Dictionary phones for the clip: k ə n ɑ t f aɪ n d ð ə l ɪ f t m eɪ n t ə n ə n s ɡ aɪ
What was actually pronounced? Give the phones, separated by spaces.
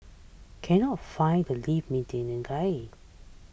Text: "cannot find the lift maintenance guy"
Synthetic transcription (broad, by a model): k ə n ɑ t f aɪ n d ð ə l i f m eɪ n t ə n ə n ɡ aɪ